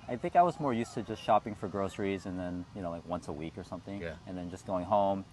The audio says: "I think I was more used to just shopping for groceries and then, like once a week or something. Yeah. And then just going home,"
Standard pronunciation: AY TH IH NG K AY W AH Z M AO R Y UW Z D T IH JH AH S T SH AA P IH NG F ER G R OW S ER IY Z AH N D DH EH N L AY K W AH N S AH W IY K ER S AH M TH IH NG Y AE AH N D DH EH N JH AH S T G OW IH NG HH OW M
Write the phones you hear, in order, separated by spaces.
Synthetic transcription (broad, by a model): AY TH IH NG K AY W AH Z M AO R Y UW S T IH JH AH S T SH AA P IH NG F ER G R OW S ER IY Z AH N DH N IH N L AY K W AH N S AH W IY K ER S AH M TH IH NG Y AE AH N DH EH N JH AH S G OW IH NG HH OW M